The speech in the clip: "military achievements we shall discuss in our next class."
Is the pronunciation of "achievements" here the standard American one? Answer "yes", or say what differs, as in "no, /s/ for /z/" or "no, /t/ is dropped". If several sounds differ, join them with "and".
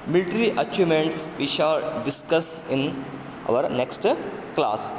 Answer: no, /v/ is dropped